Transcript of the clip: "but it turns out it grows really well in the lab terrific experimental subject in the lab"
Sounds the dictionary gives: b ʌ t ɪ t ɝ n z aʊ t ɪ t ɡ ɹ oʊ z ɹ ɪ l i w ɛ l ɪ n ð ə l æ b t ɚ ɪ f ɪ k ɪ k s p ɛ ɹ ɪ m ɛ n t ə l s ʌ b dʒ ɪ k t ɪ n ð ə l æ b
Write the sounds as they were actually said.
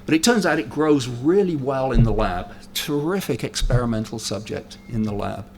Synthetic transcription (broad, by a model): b ʌ t ɪ t ɝ n z aʊ t ɪ t ɡ ɹ oʊ z ɹ ɪ l i w ɛ l ɪ n ð ə l æ b t ɚ ɪ f ɪ k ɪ k s p ɛ ɹ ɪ m ɛ n t l s ʌ b dʒ ɪ k t ɪ n ð ə l æ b